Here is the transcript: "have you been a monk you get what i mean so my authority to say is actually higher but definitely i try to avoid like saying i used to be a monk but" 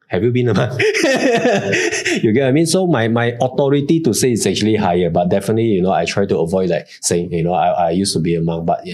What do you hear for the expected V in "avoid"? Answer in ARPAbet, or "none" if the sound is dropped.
V